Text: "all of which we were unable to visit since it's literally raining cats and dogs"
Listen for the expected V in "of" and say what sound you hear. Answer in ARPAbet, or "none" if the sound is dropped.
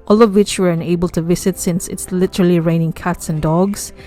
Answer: V